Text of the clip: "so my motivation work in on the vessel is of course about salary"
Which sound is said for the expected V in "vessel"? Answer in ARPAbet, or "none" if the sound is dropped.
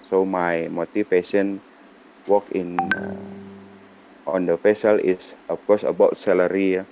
F